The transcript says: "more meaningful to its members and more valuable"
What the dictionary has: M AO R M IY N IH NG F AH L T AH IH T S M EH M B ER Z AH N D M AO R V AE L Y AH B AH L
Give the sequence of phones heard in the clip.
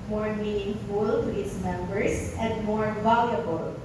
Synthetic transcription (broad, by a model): M AO R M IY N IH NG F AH L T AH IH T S M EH M B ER S AH N D M AO R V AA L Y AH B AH L